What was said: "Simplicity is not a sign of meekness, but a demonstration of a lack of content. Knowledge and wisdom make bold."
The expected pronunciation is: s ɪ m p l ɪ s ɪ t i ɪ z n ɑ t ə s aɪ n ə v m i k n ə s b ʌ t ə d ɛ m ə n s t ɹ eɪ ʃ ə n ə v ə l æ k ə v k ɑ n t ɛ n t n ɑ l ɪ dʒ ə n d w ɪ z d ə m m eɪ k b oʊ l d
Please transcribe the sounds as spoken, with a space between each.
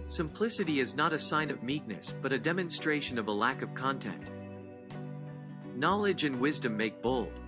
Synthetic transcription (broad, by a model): s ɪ m p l ɪ s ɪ t i ɪ z n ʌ t ə s aɪ n ə v m i k n ə s b ʌ t ə d ɛ m ə n s t ɹ eɪ ʃ ə n ə v ə l æ k ə v k ɑ n t ɛ n t n ɑ l ɪ dʒ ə n w ɪ z d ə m m eɪ k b oʊ l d